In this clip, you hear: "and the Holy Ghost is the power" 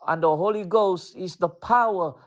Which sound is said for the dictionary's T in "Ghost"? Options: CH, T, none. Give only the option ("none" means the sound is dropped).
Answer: T